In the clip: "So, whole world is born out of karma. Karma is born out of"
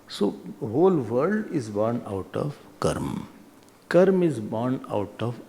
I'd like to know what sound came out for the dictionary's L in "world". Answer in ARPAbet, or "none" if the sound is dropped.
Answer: none